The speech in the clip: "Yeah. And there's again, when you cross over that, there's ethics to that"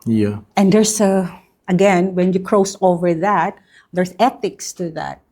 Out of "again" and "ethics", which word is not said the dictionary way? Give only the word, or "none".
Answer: none